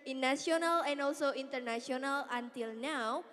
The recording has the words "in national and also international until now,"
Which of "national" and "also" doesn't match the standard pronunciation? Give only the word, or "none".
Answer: national